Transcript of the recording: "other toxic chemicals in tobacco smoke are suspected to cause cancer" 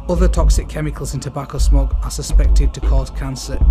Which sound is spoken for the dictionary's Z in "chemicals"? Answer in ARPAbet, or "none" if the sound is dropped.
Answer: Z